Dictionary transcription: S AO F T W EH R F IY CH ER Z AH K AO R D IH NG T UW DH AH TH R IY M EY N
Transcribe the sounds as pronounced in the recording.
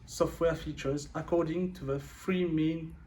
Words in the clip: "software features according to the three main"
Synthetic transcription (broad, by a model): S AO F T W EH F IY CH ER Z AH K AO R D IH NG T UW DH AH F R IY M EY N